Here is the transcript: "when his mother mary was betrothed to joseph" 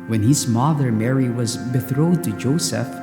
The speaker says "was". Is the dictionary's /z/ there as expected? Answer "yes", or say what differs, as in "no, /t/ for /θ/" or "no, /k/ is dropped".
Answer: yes